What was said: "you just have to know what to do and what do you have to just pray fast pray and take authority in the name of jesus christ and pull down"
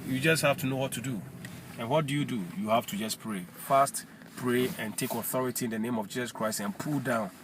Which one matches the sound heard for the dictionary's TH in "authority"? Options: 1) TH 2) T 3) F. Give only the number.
1